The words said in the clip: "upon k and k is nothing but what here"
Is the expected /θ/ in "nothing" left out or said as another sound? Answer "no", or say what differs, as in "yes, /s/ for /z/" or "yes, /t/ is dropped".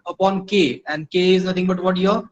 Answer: yes, /t/ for /θ/